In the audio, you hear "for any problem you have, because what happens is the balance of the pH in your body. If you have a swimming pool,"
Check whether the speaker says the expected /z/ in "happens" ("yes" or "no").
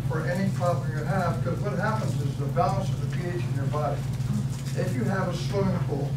yes